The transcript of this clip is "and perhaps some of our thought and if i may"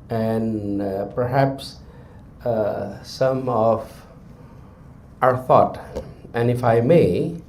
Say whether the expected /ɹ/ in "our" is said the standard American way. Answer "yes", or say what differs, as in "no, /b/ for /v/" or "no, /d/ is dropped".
yes